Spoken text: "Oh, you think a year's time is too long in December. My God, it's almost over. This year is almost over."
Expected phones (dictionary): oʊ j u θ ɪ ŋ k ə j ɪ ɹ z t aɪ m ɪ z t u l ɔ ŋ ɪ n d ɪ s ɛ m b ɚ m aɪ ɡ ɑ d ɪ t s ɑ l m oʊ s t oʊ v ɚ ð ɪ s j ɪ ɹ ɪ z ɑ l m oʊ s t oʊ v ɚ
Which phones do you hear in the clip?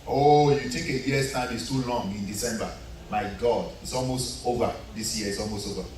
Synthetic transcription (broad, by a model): oʊ j u t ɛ k ə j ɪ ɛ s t aɪ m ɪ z t u l ɔ ŋ ɪ n d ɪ s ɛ m b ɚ m aɪ ɡ ɑ d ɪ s ɑ l m oʊ s t oʊ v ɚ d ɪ s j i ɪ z ɑ l m oʊ s t oʊ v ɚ